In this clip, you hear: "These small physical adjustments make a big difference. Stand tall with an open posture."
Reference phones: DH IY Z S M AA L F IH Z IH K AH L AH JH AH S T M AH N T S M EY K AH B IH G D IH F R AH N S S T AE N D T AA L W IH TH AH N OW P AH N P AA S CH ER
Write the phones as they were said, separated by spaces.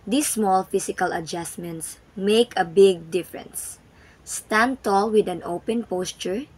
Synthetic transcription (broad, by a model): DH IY S M AA L F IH S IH K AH L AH JH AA S M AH N T S M EY K AH B IH G D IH F R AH N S S T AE N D T AA L W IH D AH N OW P AH N P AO S CH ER